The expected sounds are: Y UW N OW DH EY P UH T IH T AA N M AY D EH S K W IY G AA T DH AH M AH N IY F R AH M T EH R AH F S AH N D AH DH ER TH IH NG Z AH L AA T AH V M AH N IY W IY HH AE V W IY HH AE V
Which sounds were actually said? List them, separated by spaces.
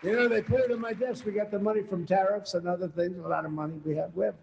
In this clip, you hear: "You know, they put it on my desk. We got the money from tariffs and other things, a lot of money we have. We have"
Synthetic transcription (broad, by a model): Y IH N OW DH EY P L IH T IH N M AY D EH S W IY G AA T DH AH M AH N IY F R AH M T EH R AH F S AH N AH DH ER TH IH NG Z AH L AA T AH V M AH N IY W IY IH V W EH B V